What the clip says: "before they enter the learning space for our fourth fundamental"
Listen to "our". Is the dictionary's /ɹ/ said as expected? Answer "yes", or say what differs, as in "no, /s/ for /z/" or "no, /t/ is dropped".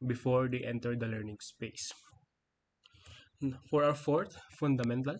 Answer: no, /w/ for /ɹ/